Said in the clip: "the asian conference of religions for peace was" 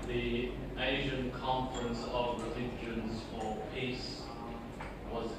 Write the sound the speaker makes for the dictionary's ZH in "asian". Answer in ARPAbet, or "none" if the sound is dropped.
ZH